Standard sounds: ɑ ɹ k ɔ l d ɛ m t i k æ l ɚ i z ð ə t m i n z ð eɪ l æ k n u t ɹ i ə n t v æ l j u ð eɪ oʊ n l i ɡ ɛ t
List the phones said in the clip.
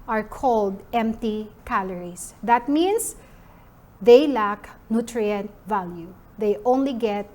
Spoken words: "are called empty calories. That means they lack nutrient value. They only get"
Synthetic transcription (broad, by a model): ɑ ɹ k ɔ l d ɛ m t i k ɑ l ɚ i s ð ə t m i n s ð eɪ l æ k n u t ɹ i ə n t v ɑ l j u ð eɪ oʊ n l i ɡ ɛ t